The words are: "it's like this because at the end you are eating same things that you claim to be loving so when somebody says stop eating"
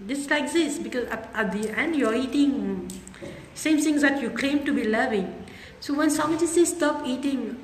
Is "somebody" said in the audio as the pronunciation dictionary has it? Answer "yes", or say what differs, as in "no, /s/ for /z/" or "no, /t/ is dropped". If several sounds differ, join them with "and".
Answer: no, /b/ is dropped